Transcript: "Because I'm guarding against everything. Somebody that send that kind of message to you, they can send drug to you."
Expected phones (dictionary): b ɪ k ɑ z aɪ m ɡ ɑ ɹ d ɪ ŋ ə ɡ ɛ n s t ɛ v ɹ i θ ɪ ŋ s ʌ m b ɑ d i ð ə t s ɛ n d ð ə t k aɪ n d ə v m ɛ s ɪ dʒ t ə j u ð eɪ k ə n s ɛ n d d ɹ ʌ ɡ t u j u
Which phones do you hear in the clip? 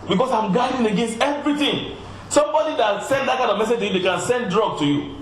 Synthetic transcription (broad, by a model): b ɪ k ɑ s aɪ m ɡ ɑ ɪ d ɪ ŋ ə ɡ ɛ n s t ɛ v ɹ i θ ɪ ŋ s ʌ m b ɑ d i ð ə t s ɛ n d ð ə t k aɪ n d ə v m ɛ s ɪ dʒ t ə j u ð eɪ k ə n s ɛ n d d ɹ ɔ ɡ t u j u